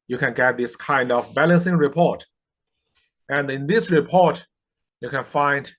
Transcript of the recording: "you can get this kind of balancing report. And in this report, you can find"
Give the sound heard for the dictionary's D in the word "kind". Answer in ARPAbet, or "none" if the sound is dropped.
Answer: D